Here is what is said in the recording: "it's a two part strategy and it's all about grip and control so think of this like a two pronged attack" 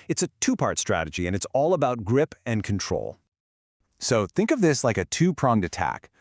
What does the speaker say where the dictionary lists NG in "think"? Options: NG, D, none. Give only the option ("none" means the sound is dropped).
NG